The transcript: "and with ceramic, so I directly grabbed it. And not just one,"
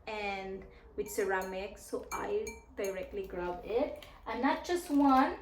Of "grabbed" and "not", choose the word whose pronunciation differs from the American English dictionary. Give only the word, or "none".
grabbed